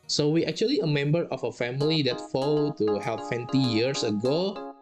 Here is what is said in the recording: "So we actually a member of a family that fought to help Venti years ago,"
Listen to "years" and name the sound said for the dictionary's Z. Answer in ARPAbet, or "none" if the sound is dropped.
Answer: S